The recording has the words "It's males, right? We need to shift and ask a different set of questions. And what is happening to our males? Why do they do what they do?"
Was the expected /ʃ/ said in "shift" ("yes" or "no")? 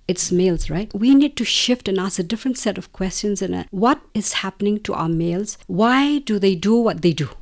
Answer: yes